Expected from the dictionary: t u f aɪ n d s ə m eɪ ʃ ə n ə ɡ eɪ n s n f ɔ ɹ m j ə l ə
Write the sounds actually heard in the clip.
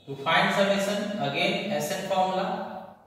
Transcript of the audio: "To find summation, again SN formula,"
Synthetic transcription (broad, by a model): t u f aɪ n d s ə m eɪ s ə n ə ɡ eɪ n s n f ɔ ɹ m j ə l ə